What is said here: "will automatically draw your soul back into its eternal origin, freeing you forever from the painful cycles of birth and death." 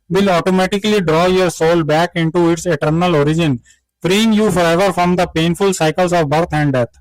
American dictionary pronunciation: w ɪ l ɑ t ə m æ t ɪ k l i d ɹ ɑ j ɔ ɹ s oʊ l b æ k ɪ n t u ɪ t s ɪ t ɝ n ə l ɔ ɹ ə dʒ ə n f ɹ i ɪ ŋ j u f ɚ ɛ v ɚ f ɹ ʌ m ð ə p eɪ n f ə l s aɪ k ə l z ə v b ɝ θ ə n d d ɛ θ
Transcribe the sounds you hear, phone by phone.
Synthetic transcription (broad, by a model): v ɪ l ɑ t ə m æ t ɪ k l i d ɹ ɑ j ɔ ɹ s oʊ l b æ k ɪ n t u ɪ t s ɪ t ɝ n ə l ɔ ɹ ə dʒ ə n f ɹ i ɪ ŋ j u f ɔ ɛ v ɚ f ɹ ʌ m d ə p eɪ n f ə l s aɪ k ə l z ə v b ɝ t ə n d d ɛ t